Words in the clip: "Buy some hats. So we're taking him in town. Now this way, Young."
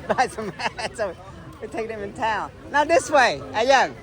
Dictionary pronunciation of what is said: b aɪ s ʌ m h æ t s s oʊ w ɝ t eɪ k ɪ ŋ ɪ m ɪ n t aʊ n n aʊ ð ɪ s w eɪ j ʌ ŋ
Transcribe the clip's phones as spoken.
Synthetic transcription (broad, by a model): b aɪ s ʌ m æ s s oʊ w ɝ t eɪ ɪ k ɪ m ɪ n t aʊ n n aʊ ð ɪ s w eɪ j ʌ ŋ